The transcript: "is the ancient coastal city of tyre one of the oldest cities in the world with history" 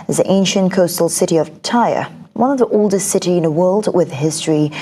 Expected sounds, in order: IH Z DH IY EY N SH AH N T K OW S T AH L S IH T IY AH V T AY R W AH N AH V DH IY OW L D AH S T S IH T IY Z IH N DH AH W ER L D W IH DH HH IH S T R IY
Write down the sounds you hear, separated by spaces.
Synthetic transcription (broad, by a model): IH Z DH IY EY N SH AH N K OW S T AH L S IH T IY AH V T AY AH W AH N AH V DH IY OW L D AH S T S IH T IY IH N DH AH W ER L D W IH DH HH IH S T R IY